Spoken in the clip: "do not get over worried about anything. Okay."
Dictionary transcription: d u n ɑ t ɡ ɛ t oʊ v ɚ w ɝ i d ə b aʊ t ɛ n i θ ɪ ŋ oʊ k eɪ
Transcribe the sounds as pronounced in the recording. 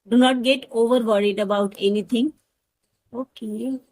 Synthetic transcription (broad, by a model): d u n ɑ t ɡ ɛ t oʊ v ɚ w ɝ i d ə b aʊ t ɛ n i t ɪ ŋ oʊ k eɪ